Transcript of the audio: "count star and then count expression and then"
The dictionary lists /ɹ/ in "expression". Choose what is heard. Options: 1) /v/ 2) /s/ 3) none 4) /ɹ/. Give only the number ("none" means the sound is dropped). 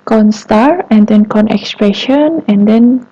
4